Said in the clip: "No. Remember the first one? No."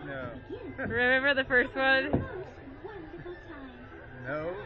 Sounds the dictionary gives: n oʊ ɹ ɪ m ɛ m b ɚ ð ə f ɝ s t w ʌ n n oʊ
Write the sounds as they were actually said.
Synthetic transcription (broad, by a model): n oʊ ɹ ɪ m ɛ m b ɚ ð ə f ɝ s t w ʌ n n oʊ